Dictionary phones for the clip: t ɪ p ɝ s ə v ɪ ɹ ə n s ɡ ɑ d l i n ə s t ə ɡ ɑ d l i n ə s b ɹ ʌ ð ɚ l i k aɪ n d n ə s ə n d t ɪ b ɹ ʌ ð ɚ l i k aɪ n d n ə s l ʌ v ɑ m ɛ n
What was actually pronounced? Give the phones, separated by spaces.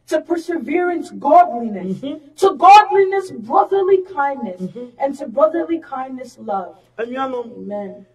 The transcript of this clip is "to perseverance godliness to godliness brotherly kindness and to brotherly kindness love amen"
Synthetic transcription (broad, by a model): t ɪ p ɝ s ə v ɪ ɹ ə n s ɡ ɑ d l i n ə s t ə ɡ ɑ d l i n ə s b ɹ ʌ ð ɚ l i k aɪ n n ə s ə n t ɪ b ɹ ʌ ð ɚ l i k aɪ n n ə s l ʌ v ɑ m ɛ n